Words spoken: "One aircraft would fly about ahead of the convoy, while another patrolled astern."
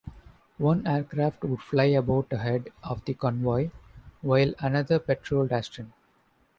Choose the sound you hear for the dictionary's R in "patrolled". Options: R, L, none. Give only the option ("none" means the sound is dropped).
R